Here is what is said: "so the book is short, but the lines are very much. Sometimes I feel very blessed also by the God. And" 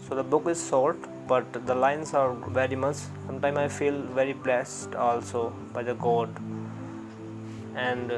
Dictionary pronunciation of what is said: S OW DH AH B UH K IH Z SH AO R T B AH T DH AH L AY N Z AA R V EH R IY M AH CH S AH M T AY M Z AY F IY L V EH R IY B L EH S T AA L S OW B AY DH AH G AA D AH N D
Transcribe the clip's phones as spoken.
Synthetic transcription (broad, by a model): S OW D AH B UH K IH Z S AO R T B AH T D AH L AY N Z AA R V EH R IY M AH CH S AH M T AY M AY F IY L V EH R IY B L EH S T AA L S OW B AY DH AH G AA D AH N D